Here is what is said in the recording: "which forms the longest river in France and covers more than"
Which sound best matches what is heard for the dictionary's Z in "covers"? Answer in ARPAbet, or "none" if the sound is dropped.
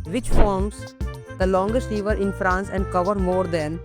none